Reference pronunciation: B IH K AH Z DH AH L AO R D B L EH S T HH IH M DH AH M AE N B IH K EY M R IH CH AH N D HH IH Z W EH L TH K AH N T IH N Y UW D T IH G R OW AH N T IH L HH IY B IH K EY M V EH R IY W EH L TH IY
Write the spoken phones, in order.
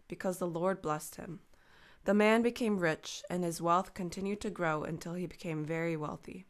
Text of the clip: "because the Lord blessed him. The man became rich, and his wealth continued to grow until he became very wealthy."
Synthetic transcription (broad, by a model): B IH K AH Z DH AH L AO R D B L EH S T HH IH M DH AH M AE N B IH K EY M R IH CH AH N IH Z W EH L TH K AH N T IH N Y UW D T IH G R OW AH N T IH L IY B IH K EY M V EH R IY W EH L TH IY